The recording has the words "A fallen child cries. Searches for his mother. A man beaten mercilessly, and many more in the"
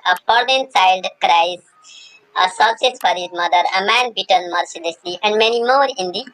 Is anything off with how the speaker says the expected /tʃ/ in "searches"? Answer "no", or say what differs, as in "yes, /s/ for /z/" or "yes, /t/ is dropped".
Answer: yes, /s/ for /tʃ/